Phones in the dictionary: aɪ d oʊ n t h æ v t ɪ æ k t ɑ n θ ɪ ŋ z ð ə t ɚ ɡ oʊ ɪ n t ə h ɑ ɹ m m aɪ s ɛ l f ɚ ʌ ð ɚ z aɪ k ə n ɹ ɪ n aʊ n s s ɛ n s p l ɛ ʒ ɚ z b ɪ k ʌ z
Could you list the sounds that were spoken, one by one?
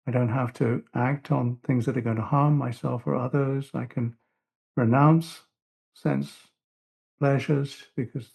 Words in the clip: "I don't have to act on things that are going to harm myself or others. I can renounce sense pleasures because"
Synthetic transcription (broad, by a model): aɪ d oʊ n t h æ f t ɪ æ k t n θ ɪ ŋ z ð ə t ɚ ɡ oʊ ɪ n t ə h ɑ ɹ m m aɪ s ɛ l f ɚ ʌ ð ɚ z aɪ k ə n ɹ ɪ n aʊ n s s ɛ n s p l ɛ ʒ ɚ z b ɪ k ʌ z